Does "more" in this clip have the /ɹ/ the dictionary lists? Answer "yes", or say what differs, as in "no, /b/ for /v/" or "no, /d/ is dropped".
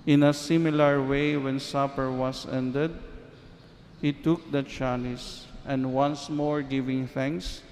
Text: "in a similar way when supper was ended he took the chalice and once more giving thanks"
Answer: yes